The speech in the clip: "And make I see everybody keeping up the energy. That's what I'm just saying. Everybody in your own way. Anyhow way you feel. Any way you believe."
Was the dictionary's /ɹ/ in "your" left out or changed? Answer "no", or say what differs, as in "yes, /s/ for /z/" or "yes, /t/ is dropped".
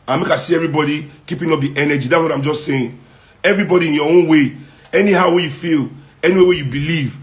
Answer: yes, /w/ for /ɹ/